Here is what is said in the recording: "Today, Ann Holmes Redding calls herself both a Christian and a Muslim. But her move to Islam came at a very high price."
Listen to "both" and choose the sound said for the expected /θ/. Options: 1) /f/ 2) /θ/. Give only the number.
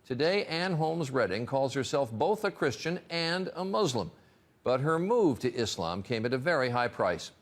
2